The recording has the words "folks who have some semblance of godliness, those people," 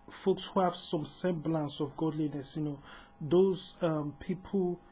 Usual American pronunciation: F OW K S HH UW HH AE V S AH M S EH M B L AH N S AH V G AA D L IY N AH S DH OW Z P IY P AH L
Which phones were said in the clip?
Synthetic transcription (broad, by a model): F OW K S HH UW HH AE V S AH M S EH M B L AH N S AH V G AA D L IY N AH S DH OW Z P IY P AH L